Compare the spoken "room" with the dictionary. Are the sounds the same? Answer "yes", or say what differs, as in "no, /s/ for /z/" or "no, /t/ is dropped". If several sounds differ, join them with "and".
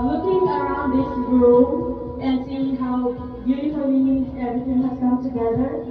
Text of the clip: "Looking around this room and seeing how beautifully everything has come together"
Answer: no, /m/ is dropped